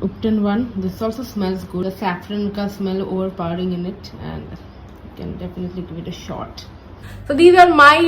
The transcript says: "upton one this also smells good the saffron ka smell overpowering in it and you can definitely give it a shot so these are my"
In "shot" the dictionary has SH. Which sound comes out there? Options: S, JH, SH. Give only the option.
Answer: SH